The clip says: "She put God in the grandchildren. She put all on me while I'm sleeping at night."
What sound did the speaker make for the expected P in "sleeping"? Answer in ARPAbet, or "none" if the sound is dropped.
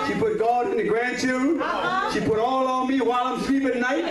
B